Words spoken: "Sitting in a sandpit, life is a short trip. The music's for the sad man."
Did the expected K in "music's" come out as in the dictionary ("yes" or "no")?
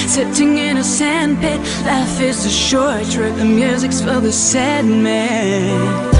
yes